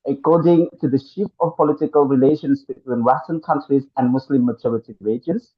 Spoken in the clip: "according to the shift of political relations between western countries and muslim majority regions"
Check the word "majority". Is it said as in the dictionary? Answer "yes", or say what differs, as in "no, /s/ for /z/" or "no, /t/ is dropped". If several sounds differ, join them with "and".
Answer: no, /tʃ/ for /dʒ/